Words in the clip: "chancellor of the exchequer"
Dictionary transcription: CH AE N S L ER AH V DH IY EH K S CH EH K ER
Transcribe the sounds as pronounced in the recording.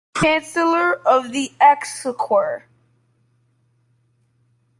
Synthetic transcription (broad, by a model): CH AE N S L ER AH V DH IY EH K S AH K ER